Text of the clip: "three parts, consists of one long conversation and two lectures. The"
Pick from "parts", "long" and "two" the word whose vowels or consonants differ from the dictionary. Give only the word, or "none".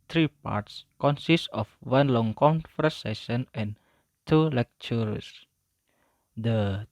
none